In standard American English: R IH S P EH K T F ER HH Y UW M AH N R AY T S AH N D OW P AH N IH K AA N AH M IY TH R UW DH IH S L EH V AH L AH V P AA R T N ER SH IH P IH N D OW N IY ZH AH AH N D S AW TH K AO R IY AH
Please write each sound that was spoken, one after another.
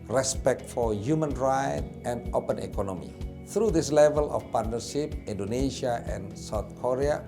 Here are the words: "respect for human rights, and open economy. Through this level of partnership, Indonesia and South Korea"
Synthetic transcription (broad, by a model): R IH S P EH K T F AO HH Y UW M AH N R AY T AH N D OW P AH N IH K AA N AH M IY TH R UW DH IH S L EH V AH L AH F P AA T N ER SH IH P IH N D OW N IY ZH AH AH N S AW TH K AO R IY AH